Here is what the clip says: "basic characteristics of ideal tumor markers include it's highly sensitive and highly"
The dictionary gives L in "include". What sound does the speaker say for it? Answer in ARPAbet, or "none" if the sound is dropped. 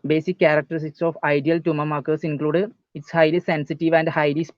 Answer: L